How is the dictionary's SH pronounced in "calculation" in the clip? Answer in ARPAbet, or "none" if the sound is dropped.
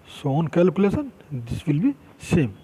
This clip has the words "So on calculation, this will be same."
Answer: S